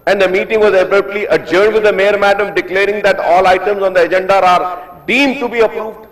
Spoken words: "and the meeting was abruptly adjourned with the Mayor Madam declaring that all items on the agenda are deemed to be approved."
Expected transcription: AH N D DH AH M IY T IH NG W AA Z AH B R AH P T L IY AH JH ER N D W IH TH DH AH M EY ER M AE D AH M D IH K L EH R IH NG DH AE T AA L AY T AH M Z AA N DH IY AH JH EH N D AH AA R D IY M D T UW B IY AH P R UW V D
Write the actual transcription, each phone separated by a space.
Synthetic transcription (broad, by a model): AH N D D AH M IY T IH NG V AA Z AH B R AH T L IY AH JH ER N D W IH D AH M EY ER M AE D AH M D IH K L EH R IH NG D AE T AA L AY T AH M Z AA N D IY AH JH EH N D AH AA R D IY M D T UW B IY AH P R UW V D